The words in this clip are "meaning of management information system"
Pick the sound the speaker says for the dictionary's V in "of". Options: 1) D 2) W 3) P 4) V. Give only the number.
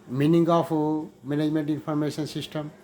3